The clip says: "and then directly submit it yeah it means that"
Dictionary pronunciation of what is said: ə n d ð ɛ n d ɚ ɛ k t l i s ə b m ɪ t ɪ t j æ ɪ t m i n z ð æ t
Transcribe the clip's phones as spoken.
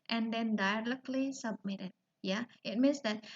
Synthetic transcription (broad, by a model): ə n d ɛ n d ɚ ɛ k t l i s ə b m ɪ t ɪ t j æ ɪ t m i n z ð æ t